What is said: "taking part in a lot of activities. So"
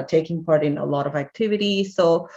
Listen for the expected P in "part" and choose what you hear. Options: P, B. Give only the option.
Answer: P